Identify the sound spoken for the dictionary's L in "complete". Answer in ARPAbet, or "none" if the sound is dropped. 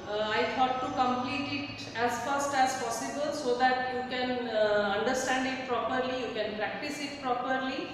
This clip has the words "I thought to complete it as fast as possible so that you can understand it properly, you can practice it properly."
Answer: L